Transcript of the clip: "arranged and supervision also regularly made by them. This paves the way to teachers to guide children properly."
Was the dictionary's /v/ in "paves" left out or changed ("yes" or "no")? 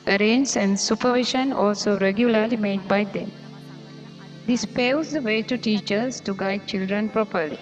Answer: yes